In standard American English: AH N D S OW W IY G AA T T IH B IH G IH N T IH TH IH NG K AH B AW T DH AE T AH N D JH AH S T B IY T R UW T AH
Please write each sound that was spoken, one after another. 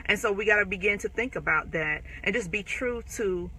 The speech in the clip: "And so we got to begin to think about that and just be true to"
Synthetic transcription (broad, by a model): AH N S OW W IY G AA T T IH B IH G IH N T IH TH IH NG K AH B AW T DH AE T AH N JH AH S B IY T R UW T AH